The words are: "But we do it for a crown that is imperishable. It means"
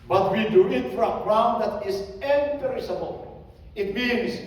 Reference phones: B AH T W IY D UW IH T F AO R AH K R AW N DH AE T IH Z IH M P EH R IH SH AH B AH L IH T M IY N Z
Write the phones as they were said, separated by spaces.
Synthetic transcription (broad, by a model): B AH T W IY D UW IH T F AO R AH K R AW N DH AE T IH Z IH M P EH R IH S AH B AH L IH T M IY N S